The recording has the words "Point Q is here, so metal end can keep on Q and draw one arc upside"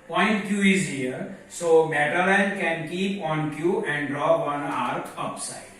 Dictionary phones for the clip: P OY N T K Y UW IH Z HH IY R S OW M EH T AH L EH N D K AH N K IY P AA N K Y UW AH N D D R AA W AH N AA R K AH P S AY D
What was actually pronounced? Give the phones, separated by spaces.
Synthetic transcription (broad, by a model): P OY N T K Y UW IH Z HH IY R S OW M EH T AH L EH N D K AH N K IY P AA N K Y UW AH N D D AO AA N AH AA R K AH P S AY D